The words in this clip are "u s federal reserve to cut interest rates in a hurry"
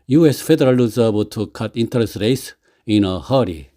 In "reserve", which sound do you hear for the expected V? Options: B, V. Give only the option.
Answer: B